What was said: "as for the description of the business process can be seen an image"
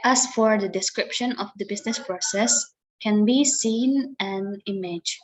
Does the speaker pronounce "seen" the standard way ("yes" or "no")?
yes